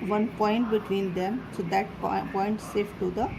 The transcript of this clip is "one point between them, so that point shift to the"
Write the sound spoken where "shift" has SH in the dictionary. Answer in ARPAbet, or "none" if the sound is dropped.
S